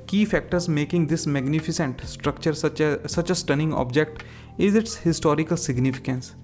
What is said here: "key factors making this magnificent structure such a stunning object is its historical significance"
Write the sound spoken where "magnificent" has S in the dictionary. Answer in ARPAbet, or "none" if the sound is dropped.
S